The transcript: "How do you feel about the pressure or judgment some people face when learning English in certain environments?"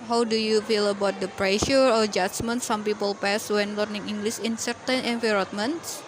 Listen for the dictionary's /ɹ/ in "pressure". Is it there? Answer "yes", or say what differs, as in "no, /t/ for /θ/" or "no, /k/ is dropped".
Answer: yes